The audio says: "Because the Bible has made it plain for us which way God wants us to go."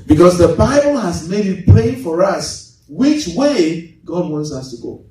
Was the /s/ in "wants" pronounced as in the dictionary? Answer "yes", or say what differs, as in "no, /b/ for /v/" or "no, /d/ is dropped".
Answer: yes